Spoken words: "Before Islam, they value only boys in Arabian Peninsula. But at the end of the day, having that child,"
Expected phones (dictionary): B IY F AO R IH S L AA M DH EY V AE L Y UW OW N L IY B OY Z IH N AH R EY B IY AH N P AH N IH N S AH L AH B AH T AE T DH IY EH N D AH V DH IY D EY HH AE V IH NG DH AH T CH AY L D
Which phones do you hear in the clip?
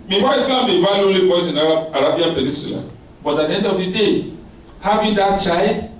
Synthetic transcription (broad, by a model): B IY F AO IH S L AA M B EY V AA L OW L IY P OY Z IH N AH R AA B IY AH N P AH N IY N S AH L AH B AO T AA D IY EH N D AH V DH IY D EY HH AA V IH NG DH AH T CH AY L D